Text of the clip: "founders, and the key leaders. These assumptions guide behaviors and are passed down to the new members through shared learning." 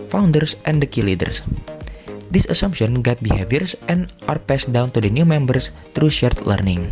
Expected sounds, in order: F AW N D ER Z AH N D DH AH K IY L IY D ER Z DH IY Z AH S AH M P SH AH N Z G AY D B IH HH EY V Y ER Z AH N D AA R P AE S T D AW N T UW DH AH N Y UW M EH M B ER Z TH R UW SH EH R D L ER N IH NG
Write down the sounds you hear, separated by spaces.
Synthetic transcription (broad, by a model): F AW N D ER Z AH N D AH K IY L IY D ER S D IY S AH S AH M P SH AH N G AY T B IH HH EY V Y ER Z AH N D AA R P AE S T D AW N T UW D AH N Y UW M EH M B ER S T R UW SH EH R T L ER N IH NG